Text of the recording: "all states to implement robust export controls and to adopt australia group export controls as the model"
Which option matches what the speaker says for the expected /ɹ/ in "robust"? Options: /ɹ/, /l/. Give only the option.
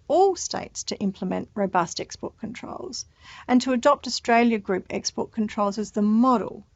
/ɹ/